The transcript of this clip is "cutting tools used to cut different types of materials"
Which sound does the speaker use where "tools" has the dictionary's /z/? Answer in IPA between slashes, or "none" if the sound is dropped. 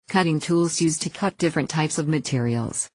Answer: /z/